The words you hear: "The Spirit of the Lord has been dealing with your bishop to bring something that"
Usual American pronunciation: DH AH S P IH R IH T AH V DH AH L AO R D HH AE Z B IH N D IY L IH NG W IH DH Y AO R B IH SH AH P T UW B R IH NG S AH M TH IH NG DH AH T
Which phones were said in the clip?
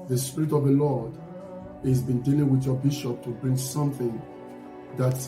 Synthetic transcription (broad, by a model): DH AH S P IH R IH T AH V DH AH L AO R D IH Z B IH N D IY L IH NG W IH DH Y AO B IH SH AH P T UW B R IH NG S AH M TH IH NG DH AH T